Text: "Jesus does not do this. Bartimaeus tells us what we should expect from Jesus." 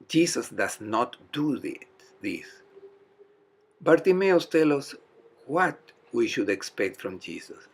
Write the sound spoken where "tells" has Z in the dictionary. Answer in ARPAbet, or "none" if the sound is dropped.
none